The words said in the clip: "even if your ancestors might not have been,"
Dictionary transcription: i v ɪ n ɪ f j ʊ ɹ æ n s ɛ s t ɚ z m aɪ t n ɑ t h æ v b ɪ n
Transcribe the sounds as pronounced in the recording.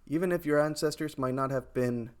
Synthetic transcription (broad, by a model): i v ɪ n ɪ f j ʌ ɹ æ n s ɛ s t ɚ z m aɪ t n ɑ t h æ v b ɪ n